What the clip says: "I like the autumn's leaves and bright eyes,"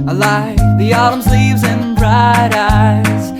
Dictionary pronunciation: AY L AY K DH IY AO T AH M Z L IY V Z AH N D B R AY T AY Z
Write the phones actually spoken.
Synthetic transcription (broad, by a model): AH L AY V DH IY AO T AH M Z L IY V Z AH N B R AY T AY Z